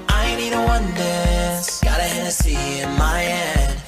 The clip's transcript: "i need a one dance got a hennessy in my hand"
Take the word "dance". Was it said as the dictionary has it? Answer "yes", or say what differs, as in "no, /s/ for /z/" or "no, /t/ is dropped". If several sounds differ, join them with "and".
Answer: no, /n/ is dropped